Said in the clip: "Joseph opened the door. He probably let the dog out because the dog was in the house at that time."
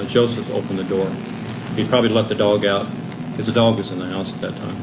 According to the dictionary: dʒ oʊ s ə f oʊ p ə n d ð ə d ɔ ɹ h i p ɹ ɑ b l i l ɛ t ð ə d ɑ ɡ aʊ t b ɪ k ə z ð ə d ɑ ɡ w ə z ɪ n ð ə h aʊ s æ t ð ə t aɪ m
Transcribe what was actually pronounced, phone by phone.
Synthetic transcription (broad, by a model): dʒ oʊ s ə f oʊ p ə n ð ə d ɔ ɹ h i p ɹ ɑ b l i l ɛ t ð ə d ɑ ɡ aʊ t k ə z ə d ɑ ɡ w ə z ɪ n ð ə h aʊ s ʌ t ð ə t aɪ m